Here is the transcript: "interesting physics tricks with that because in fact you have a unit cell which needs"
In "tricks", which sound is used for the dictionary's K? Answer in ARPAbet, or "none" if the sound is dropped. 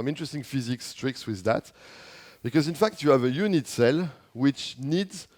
K